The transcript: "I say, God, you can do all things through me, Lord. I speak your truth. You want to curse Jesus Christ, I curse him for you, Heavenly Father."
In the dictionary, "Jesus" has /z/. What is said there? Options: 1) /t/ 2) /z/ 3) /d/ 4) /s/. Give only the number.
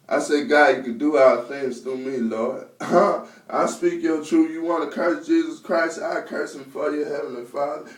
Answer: 2